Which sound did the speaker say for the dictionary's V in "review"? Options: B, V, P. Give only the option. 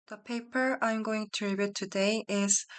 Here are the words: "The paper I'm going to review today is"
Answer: B